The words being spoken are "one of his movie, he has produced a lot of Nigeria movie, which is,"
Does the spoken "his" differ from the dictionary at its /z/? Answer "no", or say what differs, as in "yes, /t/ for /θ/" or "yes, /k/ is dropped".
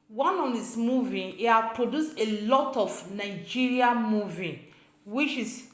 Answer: yes, /s/ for /z/